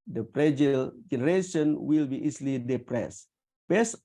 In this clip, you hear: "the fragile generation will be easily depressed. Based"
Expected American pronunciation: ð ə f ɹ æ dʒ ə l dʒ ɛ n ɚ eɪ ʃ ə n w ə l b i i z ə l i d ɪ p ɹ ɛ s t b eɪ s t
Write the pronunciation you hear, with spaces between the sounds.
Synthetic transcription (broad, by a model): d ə p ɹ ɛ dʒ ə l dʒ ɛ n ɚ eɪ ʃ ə n w ə l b i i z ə l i d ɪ p ɹ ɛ s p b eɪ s